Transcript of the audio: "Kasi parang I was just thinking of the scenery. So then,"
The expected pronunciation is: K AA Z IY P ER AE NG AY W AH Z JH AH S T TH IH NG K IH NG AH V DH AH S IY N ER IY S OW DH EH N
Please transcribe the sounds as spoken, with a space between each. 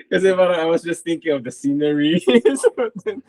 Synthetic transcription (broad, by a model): K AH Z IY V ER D AY W AH Z JH AH S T TH IH NG K IH NG AH V DH AH S IY N ER IY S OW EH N